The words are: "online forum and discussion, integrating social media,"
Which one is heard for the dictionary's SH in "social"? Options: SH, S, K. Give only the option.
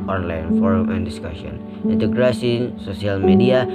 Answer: S